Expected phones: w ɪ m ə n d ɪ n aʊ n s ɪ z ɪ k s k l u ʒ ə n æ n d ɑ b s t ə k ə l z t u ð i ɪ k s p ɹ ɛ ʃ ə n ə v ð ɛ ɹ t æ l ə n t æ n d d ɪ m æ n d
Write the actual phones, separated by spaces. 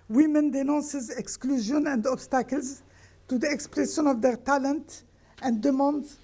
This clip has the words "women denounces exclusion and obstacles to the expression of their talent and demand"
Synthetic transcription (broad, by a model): w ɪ m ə n d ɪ n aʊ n s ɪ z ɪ k s k l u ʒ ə n æ n d ɑ b s t ə k ə l z t u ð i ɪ k s p ɹ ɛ s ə n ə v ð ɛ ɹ t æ l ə n t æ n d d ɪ m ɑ n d